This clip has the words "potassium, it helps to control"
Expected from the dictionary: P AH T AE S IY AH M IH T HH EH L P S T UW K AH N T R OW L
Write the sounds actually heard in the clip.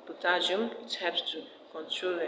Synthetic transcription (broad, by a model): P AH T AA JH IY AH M IH T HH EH P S T UW K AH N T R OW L